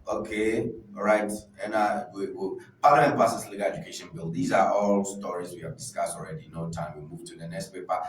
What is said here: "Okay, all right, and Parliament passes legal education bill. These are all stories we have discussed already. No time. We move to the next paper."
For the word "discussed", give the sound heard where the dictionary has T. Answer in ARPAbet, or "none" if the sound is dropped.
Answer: T